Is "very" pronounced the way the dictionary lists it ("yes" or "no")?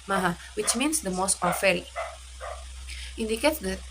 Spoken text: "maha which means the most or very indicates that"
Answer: no